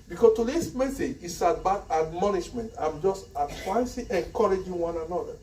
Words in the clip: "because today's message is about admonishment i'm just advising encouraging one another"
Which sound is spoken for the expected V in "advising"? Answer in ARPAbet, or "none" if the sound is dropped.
P